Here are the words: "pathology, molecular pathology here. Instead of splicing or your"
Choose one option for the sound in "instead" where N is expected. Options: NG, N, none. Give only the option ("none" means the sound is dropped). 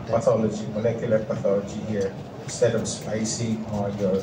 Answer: none